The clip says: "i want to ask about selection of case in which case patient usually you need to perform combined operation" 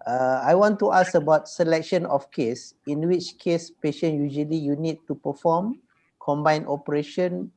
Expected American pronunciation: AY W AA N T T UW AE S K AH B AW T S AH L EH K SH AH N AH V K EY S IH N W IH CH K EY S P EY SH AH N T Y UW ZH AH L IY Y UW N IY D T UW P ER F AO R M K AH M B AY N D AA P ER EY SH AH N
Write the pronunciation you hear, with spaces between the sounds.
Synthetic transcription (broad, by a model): AY W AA N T T UW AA S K AH B AW T S AH L EH K SH AH N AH F K EY S IH N W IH CH K EY S P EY SH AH N Y UW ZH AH L IY Y UW N IY D T UW P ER F AO M K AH M B AY N AA P ER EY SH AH N